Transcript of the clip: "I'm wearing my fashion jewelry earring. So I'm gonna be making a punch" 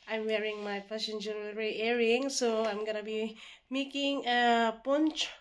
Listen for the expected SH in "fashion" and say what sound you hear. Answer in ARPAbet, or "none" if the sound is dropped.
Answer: S